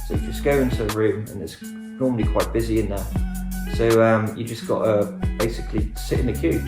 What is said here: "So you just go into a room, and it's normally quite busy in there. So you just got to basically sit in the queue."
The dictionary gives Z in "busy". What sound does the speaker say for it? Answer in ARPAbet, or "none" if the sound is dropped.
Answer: Z